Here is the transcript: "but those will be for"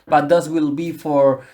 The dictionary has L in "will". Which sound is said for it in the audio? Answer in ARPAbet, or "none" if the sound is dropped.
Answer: L